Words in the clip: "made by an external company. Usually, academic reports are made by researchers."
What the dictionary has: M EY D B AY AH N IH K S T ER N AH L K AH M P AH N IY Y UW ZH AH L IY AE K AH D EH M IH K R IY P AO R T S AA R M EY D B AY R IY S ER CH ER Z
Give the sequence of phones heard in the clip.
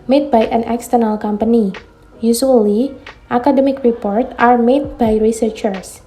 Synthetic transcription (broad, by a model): M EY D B AY AH N IH K S T ER N AH L K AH M P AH N IY Y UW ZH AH L IY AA K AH D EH M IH K R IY P AO R T AA R M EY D B AY R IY S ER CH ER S